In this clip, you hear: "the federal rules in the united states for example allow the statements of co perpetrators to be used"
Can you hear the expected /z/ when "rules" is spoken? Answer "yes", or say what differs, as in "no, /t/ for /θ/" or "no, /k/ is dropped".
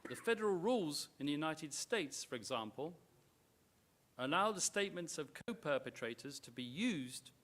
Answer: yes